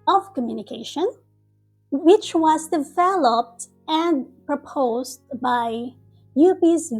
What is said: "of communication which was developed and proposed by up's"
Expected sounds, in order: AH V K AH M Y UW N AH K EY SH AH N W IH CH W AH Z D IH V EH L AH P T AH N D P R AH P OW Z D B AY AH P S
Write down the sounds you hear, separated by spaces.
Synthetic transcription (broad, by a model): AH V K AH M Y UW N AH K EY SH AH N W IH CH W AH Z D IH V EH L AH P T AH N P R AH P OW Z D B AY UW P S